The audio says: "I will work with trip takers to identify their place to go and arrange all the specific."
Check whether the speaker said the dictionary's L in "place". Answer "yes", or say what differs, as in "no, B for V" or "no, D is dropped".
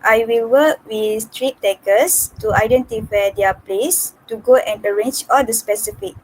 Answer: yes